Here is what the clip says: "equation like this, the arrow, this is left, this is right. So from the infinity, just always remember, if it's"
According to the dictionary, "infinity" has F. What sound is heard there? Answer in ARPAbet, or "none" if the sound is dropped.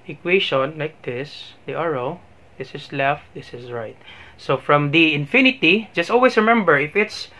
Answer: F